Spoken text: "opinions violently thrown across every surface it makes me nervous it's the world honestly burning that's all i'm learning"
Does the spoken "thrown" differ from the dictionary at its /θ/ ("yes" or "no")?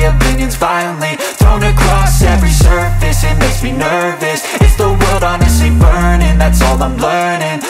no